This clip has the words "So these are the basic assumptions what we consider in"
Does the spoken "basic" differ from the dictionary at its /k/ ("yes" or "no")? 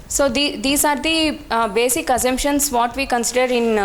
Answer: no